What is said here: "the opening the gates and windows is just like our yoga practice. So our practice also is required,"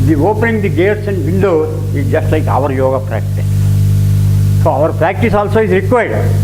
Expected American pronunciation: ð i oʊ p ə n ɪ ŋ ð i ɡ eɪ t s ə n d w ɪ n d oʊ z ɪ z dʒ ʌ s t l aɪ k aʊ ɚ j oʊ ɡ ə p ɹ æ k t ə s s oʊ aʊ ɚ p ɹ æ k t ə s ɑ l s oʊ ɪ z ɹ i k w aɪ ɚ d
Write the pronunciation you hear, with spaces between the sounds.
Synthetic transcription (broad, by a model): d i oʊ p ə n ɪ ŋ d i ɡ eɪ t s ə n d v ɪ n d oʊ ɪ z dʒ ʌ s t l aɪ k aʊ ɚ j oʊ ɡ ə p ɹ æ k t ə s s oʊ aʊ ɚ p ɹ æ k t ə s ɑ l s oʊ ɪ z ɹ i k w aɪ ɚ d